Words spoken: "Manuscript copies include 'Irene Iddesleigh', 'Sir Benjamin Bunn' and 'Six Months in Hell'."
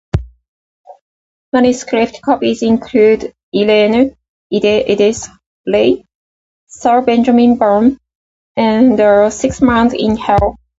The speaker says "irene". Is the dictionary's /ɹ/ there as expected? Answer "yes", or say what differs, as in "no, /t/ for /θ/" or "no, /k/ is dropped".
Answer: no, /l/ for /ɹ/